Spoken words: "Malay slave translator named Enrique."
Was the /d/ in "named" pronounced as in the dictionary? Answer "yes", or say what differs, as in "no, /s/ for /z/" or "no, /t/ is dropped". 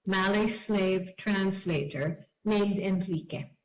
yes